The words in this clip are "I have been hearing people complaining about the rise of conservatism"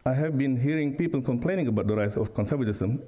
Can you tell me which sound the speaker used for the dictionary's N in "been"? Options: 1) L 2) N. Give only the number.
2